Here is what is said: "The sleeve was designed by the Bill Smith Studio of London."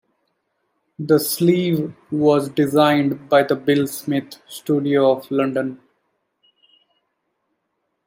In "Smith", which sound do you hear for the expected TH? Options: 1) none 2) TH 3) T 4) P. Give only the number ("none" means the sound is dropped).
3